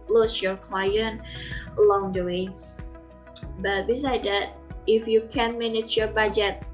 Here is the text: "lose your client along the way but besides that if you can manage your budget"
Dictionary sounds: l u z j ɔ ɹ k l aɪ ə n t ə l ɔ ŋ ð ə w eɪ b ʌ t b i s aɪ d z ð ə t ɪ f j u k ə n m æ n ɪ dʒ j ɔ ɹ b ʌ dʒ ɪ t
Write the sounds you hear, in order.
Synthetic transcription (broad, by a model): l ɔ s j ɔ ɹ k l aɪ ə n t ə l ɔ ŋ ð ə w eɪ b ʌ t b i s aɪ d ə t ɪ f j u k ə n m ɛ n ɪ tʃ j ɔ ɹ b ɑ dʒ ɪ t